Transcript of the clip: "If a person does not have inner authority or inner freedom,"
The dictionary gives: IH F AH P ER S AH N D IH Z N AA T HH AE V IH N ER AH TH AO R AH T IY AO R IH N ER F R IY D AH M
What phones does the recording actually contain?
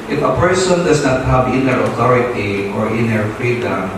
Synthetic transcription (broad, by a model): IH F AH P ER S AH N D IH S N AA T HH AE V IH N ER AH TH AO R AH T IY AO R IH N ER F R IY D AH M